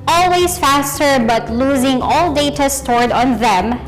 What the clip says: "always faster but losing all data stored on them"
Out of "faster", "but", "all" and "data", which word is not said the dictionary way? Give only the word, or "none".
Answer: none